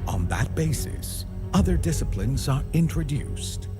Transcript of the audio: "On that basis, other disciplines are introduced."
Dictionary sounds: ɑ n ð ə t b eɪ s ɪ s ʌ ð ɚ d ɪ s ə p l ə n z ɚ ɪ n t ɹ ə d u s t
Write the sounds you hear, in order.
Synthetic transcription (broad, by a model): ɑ n ð ə t b eɪ s ɪ s ʌ ð ɚ d ɪ s ə p l ə n z ɚ ɪ n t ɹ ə d u s t